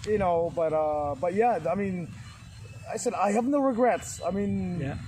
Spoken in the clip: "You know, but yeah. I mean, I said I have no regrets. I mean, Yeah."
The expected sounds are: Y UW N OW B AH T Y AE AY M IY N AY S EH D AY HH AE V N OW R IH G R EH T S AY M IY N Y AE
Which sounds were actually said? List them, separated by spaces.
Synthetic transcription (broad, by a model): Y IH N OW B AH T Y AE AY M IY N AY S EH D AY HH AE V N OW R IH G R EH T S AY M IY N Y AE